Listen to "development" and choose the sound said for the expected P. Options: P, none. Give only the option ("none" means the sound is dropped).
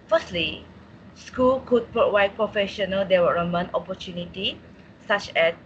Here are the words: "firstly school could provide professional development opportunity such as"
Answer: none